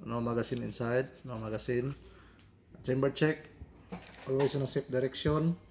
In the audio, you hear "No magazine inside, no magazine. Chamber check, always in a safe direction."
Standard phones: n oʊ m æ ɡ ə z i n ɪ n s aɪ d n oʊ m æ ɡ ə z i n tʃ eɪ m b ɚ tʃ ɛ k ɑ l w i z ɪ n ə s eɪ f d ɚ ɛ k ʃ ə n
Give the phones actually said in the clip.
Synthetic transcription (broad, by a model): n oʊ m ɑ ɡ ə s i n ɪ n s aɪ d n oʊ m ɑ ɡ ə s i n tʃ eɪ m b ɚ tʃ ɛ k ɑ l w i s ɪ n ə s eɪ p d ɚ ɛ k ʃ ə n